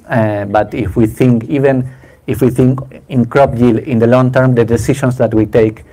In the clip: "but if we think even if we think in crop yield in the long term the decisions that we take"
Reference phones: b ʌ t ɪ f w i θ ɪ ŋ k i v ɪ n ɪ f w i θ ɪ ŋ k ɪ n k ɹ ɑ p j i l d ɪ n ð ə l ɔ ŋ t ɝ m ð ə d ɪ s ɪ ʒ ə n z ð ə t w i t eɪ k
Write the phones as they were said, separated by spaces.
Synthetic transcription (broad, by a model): b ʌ t ɪ f w i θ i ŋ k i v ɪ n ɪ f w i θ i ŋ k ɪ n k ɹ ɑ p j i l ɪ n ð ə l ɔ ŋ t ɝ m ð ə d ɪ s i ʃ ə n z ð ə t w i t eɪ k